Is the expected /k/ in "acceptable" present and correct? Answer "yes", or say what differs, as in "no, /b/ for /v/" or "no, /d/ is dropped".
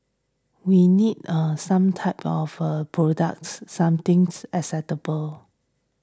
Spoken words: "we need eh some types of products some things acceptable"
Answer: no, /k/ is dropped